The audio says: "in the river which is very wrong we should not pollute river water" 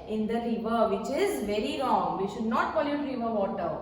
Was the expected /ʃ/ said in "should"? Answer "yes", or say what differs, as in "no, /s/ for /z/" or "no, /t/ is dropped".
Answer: yes